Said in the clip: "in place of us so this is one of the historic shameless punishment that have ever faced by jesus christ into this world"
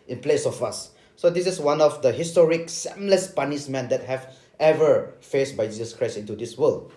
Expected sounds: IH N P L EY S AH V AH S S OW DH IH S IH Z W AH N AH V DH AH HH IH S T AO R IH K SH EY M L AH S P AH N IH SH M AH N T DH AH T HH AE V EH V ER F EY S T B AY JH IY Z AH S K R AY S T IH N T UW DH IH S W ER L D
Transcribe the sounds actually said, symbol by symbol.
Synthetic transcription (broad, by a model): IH N P L EY S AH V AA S S OW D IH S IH S W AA N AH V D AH HH IH S T AO R IH K S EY M L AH S P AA N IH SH M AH N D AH T HH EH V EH V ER F EY S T B AY JH IY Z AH S K R AY S T IH N T UW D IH S W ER L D